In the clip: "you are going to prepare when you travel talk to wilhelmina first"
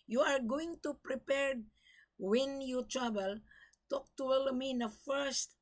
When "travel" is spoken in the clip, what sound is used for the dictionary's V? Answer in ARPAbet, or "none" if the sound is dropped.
B